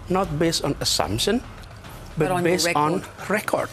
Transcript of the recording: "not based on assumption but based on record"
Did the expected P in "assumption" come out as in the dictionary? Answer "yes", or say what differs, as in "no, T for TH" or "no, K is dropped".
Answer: yes